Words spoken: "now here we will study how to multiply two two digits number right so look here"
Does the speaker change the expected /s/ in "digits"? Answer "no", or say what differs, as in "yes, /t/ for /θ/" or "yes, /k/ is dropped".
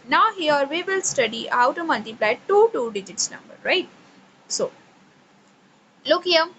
no